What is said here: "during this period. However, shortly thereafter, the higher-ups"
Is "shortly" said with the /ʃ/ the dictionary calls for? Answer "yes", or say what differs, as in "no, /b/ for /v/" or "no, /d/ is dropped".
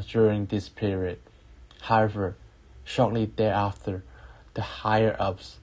yes